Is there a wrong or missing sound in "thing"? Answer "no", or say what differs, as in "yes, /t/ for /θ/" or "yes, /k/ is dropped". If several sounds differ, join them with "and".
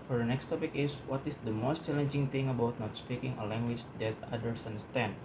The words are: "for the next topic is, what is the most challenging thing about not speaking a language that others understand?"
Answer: yes, /t/ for /θ/